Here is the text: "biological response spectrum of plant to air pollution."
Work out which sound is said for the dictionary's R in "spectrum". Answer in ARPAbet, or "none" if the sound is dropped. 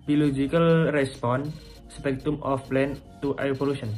none